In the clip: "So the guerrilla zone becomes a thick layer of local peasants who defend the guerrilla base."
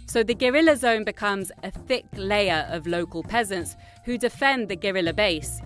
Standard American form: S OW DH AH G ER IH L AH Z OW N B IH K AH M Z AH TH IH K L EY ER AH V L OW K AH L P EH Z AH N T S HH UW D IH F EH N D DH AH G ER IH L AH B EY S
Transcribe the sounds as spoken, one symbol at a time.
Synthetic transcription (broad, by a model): S OW DH AH G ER IH L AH Z OW N B IH K AH M Z AH TH IH K L EY ER AH V L OW K AH L P EH Z AH N T S HH UW D IH F EH N DH AH G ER IH L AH B EY S